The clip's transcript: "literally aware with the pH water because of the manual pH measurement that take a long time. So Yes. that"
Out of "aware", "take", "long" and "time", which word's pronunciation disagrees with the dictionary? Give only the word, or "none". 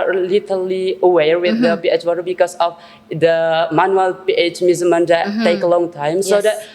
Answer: none